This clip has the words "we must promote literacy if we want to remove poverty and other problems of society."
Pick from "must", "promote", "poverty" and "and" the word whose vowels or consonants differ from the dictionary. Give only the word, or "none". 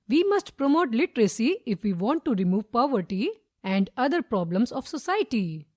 none